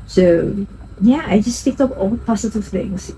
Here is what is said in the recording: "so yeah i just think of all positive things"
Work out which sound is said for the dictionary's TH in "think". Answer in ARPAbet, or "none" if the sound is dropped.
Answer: T